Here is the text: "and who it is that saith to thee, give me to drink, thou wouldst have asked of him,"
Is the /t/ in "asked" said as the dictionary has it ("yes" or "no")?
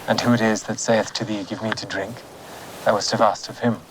yes